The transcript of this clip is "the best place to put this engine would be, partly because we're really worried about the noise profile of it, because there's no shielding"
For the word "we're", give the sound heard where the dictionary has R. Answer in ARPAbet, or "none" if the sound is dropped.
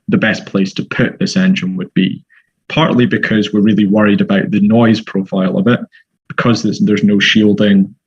R